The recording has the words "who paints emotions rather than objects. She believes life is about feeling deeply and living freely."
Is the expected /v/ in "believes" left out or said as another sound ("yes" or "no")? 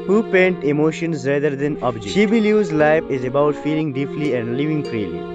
yes